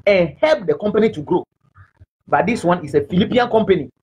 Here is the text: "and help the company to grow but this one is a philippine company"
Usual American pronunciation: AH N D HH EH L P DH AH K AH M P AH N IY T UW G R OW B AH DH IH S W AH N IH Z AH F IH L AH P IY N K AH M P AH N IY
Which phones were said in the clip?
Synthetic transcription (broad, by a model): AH N HH EH L P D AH K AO M P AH N IY T UW G R OW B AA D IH S W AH N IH S AH F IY L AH P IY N K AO M P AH N IY